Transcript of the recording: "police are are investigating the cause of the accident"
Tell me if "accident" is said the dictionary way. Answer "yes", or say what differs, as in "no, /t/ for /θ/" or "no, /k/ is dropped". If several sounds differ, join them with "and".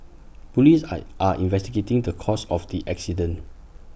no, /t/ is dropped